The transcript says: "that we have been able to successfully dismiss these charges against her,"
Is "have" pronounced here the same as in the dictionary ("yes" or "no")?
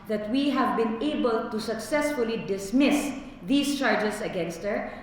yes